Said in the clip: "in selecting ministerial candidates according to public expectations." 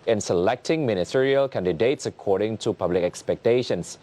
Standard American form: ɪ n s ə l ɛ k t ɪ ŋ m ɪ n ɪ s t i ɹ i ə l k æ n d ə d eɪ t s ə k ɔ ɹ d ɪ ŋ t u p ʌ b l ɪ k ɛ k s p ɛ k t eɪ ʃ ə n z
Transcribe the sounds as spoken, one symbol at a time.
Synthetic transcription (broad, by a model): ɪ n s ə l ɛ k t ɪ ŋ m ɪ n ɪ s t i ɹ i ə l k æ n d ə d eɪ t s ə k ɔ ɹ d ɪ ŋ t u p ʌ b l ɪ k ɛ k s p ɛ k t eɪ ʃ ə n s